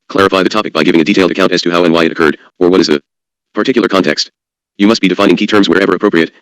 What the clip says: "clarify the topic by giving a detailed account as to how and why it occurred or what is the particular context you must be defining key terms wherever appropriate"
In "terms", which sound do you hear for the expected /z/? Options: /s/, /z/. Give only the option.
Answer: /z/